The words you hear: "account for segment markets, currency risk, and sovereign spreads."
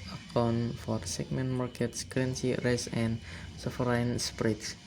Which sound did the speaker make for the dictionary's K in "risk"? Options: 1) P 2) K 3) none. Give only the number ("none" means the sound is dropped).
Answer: 3